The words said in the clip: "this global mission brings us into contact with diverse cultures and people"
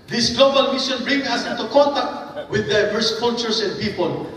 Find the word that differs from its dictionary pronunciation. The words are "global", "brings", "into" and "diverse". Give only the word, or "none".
brings